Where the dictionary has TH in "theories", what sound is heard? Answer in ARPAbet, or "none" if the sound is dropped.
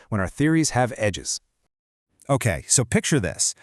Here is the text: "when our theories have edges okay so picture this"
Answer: TH